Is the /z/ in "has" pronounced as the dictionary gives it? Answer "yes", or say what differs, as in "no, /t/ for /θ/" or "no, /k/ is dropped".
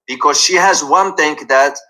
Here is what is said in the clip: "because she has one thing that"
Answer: yes